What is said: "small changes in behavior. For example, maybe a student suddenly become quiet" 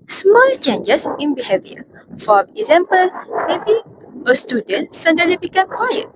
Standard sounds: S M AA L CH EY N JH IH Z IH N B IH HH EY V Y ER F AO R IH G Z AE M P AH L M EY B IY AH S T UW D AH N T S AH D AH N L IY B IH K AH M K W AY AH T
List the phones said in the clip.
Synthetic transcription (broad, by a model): S M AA L CH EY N JH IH S IH N B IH HH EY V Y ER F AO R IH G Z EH M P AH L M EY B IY AH S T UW D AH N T S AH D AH L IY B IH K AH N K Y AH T